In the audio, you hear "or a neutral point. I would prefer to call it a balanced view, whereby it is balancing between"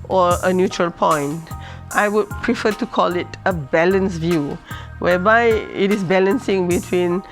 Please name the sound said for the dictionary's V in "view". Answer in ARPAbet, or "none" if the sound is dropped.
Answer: V